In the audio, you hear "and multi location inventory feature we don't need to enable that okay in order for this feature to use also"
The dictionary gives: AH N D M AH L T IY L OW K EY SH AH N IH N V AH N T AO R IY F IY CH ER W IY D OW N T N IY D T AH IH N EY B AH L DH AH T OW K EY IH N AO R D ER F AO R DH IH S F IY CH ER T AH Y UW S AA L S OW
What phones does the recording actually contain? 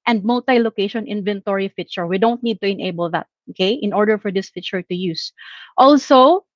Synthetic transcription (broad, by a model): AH N D M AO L T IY L OW K EY SH AH N IH N V AH N T AO R IY F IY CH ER W IY D OW N T N IY D T AH IH N EY B AH L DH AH T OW K EY IH N AO R D ER F AO R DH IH S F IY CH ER T AH Y UW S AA L S OW